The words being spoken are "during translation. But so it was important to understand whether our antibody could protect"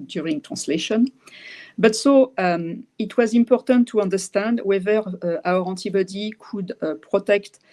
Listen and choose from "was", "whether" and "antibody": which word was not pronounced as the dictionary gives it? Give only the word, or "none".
antibody